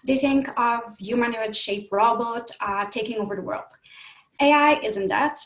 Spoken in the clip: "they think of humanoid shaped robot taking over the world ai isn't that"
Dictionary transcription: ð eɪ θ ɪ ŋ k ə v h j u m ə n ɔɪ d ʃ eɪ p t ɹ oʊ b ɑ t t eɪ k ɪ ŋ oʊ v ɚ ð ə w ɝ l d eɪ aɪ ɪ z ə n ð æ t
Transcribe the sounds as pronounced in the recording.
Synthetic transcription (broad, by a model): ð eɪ θ ɪ ŋ k ə v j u m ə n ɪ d ʃ eɪ p ɹ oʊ b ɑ t t eɪ k ɪ ŋ oʊ v ɚ ð ə w ɝ l d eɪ aɪ ɪ z ə n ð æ t